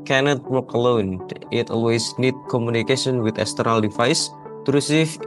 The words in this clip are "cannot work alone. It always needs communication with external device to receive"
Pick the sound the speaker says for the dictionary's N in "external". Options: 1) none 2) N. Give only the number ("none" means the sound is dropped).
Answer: 1